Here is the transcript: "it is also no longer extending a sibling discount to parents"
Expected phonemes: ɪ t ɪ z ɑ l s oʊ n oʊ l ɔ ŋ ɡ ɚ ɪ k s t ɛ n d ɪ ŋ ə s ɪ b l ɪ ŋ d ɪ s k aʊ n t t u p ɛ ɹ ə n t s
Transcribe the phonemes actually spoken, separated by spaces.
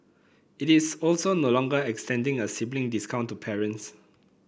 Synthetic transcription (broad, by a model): ɪ t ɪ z ɑ l s oʊ n oʊ l ɔ ŋ ɡ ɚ ɪ k s t ɛ n d ɪ ŋ ə s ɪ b l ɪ ŋ d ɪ s k aʊ n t t u p ɛ ɹ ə n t s